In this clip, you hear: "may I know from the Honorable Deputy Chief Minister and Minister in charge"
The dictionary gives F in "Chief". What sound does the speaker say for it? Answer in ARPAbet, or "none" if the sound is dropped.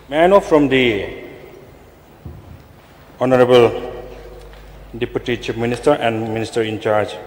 P